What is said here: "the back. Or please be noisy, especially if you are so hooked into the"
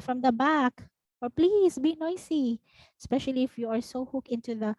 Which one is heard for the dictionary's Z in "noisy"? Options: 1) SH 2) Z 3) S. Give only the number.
3